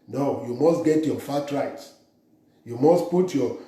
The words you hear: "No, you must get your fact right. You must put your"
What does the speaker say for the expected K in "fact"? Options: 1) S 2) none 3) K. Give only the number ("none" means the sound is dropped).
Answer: 2